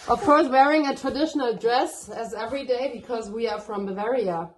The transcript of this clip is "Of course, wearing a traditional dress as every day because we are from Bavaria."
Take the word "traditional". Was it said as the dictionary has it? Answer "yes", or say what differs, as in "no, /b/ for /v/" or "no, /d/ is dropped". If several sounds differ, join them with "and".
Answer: yes